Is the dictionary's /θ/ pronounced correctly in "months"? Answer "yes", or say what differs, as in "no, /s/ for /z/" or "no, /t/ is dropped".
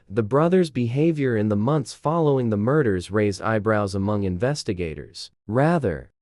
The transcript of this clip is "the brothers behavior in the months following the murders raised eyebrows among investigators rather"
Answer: yes